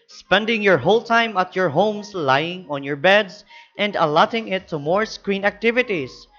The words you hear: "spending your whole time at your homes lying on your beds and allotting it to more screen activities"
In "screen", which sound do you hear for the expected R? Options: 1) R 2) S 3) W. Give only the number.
1